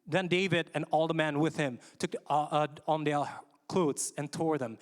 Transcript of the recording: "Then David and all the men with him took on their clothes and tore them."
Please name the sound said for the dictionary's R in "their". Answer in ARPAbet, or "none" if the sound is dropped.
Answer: L